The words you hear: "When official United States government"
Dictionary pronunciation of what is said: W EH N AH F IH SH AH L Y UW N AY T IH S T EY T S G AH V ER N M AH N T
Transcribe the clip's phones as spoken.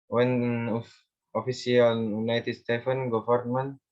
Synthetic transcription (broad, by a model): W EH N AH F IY S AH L Y UW N AY T IH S T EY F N G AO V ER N M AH N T